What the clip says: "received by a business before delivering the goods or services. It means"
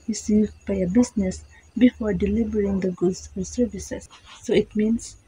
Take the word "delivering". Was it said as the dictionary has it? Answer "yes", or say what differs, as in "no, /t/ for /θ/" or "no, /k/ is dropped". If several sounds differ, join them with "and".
no, /b/ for /v/